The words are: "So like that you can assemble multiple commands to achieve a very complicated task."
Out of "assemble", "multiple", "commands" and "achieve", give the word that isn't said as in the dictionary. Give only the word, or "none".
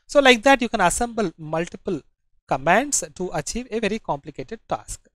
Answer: commands